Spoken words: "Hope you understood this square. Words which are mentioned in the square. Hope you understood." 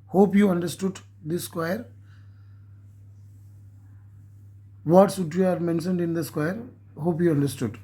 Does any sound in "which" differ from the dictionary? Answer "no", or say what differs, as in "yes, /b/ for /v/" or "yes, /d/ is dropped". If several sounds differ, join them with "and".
yes, /tʃ/ is dropped